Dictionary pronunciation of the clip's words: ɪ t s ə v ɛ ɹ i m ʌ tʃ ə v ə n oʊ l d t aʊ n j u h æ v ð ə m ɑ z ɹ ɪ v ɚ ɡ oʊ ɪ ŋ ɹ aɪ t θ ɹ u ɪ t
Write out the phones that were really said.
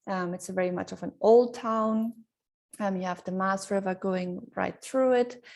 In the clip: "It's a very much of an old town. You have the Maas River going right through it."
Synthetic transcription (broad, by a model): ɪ t s ə v ɛ ɹ i m ʌ tʃ ə v ə n oʊ l d t aʊ n j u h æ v ð ə m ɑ s ɹ ɪ v ɚ ɡ oʊ ɪ ŋ ɹ aɪ t θ ɹ u ɪ t